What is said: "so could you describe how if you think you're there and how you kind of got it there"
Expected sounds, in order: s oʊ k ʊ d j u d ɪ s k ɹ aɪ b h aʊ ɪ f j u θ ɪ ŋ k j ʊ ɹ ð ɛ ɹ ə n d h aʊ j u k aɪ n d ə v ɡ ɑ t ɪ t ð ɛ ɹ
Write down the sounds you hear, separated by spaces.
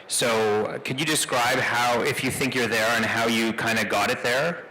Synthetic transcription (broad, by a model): s oʊ k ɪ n j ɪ d ɪ s k ɹ aɪ b h aʊ ɪ f j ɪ θ ɪ ŋ k j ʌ ɹ ð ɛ ɹ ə n h aʊ j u k aɪ n d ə ɡ ɑ t ɪ t ð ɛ ɹ